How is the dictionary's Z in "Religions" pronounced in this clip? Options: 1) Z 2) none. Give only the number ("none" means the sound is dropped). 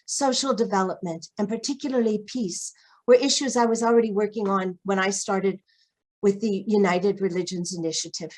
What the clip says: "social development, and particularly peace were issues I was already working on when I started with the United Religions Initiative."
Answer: 1